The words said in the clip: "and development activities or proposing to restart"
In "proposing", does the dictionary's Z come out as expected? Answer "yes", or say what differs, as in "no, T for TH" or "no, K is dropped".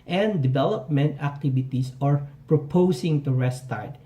no, S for Z